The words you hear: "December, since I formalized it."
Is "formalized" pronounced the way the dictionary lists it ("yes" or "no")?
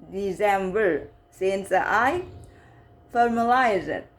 no